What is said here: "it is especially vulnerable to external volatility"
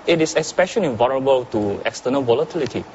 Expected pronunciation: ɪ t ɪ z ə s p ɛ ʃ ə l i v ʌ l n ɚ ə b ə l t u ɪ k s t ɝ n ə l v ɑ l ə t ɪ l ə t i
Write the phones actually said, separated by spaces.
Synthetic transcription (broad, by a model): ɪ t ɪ s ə s p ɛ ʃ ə n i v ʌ n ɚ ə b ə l t u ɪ k s t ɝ n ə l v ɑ l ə t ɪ l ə t i